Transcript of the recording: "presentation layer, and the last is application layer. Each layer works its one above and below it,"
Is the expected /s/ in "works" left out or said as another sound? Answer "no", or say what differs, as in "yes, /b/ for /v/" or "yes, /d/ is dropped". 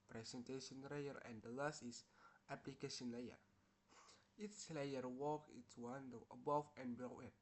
yes, /s/ is dropped